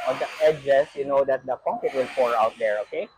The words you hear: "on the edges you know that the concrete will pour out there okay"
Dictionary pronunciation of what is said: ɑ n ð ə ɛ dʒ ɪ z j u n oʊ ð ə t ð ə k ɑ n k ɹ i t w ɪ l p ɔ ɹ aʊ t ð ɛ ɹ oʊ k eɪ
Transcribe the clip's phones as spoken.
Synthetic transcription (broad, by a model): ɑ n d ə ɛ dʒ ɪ s j u n oʊ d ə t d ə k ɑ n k i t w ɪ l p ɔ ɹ aʊ t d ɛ ɹ oʊ k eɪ